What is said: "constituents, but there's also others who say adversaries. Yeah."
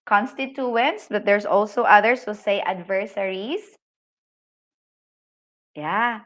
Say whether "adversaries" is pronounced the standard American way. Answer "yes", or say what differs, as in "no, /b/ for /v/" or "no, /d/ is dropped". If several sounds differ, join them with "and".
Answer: no, /s/ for /z/